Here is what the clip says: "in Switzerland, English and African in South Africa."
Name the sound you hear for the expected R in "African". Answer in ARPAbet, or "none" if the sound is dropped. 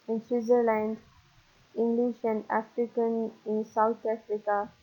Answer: R